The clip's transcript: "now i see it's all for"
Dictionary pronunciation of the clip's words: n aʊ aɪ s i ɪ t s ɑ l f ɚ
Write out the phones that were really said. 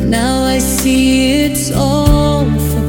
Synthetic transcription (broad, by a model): n aʊ aɪ s i ɪ t s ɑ n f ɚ